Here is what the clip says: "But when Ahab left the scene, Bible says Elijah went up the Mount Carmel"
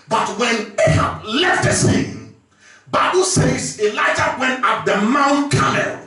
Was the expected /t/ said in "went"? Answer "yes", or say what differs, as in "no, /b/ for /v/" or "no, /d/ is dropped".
yes